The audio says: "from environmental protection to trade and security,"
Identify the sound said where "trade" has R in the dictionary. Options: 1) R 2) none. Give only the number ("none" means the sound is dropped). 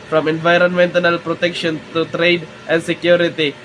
1